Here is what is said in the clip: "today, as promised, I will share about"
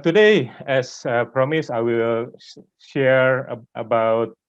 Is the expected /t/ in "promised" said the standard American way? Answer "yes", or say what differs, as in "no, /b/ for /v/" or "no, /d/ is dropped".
no, /t/ is dropped